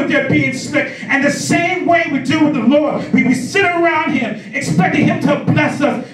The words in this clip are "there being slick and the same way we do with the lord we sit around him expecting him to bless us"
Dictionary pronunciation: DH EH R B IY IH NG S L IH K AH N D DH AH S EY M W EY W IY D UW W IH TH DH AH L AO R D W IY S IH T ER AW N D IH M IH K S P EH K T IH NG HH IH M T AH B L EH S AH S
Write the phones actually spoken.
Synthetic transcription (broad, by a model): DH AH R B IY IH NG S IH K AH N DH AH S EY M W EY W IY D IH W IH DH AH L AO R D W IY S IH T ER AW N D IH M IH K S P EH K T IH NG HH IH M T AH B L EH S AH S